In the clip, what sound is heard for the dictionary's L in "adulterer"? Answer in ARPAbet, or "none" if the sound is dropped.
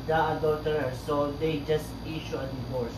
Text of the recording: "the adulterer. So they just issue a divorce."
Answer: none